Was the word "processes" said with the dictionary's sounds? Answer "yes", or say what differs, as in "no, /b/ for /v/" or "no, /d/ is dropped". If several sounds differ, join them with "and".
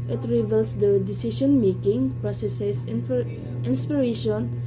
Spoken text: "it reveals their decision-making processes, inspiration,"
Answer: no, /s/ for /z/